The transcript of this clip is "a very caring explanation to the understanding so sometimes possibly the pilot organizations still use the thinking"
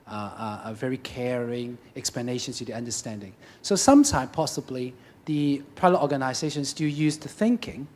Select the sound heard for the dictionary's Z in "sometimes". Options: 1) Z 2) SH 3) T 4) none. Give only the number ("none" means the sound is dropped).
4